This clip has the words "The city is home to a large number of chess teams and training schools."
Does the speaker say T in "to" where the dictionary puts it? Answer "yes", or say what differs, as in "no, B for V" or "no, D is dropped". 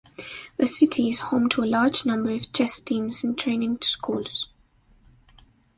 yes